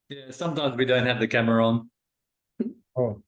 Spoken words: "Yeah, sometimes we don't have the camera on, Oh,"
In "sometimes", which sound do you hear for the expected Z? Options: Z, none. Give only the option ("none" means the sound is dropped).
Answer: Z